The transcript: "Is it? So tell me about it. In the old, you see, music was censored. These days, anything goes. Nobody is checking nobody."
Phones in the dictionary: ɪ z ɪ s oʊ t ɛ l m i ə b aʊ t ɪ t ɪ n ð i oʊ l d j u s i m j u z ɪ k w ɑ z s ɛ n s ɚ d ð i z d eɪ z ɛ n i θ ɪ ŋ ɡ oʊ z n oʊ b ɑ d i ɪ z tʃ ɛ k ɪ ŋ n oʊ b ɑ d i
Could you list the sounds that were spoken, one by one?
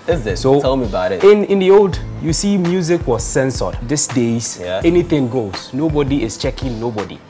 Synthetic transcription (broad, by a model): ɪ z ɪ s oʊ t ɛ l m i ə b aʊ t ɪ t ɪ n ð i oʊ l d j u s i m j u z ɪ k w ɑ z s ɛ n s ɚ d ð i s d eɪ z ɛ n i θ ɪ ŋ ɡ oʊ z n oʊ b ɑ d i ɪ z tʃ ɛ k ɪ ŋ n oʊ b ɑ d i